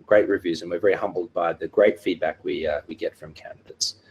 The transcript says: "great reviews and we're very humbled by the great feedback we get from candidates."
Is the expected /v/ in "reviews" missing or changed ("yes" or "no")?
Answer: no